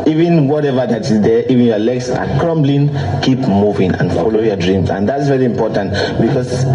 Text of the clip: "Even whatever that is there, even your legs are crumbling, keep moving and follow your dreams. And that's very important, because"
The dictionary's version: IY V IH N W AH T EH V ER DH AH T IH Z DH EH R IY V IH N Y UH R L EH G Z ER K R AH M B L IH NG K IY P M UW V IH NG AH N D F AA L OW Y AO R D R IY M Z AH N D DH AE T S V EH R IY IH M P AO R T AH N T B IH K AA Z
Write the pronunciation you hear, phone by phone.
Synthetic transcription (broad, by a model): IY V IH N W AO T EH V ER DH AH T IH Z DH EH IY V IH N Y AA L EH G S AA K R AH M B L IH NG K IY P M UW V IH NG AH N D F AA L OW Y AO D R IY M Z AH N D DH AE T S V EH R IY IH M P AO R T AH N T B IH K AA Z